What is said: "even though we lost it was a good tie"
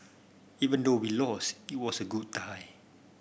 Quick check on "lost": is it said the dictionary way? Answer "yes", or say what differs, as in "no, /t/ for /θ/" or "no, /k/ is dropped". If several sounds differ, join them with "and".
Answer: no, /t/ is dropped